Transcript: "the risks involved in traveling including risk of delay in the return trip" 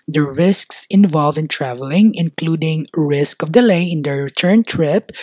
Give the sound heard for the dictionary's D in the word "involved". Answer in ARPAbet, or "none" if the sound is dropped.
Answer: none